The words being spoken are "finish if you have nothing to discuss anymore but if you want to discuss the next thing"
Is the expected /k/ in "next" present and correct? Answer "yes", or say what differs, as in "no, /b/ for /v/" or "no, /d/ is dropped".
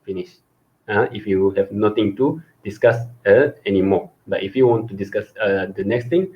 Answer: yes